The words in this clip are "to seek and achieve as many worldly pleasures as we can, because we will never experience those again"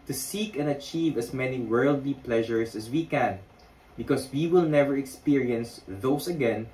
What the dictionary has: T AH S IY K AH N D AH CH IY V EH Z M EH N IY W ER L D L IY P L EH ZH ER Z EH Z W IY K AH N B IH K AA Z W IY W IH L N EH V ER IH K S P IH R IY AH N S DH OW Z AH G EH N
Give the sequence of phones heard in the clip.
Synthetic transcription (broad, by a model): T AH S IY K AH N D AH CH IY V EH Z M EH N IY W ER L D L IY P L EH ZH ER S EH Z W IY K AH N B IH K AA S W IY W IH L N EH V ER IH K S P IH R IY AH N S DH OW S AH G EH N